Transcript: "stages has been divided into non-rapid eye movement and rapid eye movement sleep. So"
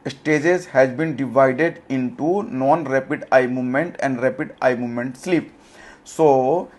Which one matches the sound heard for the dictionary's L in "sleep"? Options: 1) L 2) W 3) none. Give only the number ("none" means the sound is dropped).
1